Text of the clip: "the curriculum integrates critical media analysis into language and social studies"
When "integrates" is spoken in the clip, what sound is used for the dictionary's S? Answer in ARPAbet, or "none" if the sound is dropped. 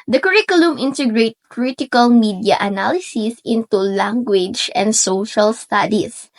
none